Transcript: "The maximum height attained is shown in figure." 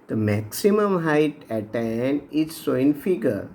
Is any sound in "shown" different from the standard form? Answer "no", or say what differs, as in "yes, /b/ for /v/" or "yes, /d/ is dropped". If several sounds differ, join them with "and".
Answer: yes, /s/ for /ʃ/ and /n/ is dropped